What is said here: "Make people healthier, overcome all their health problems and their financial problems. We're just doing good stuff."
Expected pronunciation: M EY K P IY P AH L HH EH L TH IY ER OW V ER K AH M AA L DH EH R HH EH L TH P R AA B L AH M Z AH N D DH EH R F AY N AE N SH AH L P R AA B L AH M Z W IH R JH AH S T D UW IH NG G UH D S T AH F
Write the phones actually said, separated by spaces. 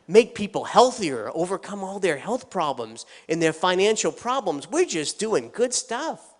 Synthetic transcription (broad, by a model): M EY K P IY P L HH EH L TH IY ER OW V ER K AH M AA L DH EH R HH EH L TH P R AA B L AH M Z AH N DH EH R F AY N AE N SH L P R AA B L AH M Z W IH R JH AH S D UW IH NG G UH D S T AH F